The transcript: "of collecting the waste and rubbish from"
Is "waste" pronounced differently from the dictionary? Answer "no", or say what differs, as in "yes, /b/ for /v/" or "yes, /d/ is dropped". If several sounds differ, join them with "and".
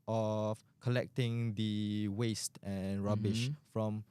no